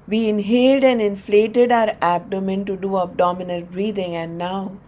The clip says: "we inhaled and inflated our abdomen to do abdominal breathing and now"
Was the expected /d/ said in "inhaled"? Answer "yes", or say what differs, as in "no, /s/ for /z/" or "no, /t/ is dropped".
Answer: yes